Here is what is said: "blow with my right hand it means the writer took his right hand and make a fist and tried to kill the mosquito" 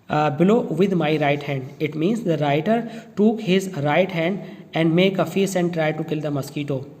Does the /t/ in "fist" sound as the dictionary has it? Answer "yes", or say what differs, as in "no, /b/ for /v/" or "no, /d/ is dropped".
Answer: no, /t/ is dropped